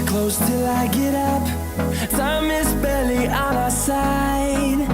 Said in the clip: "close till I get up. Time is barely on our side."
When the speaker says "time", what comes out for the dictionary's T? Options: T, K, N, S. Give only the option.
S